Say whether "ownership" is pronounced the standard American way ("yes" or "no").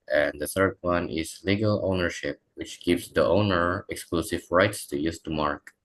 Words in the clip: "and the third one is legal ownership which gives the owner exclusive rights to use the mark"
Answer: yes